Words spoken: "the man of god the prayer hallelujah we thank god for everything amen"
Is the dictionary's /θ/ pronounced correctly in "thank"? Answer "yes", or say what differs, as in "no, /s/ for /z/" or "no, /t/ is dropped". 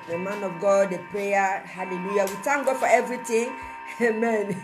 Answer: no, /t/ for /θ/